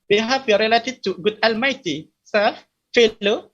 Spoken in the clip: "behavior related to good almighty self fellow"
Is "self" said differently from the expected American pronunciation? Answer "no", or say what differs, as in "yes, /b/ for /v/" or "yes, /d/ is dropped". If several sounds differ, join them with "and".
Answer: yes, /l/ is dropped